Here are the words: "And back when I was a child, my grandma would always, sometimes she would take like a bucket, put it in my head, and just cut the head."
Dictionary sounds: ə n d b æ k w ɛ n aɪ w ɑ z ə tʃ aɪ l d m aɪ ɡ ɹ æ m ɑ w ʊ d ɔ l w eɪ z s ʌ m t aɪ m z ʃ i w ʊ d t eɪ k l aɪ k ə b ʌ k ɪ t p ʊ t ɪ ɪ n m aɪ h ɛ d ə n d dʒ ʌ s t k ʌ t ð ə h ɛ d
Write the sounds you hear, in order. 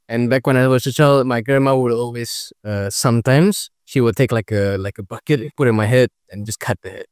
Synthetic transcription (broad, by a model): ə n b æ k w ɛ n aɪ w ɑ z ə tʃ aɪ l d m aɪ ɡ ɹ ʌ m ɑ w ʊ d ɔ l w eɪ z s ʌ m t aɪ m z ʃ i w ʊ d t eɪ k l aɪ k ə b ʌ k ɪ t p ʊ t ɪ ɪ n m aɪ h ɛ d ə n dʒ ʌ s k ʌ t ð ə h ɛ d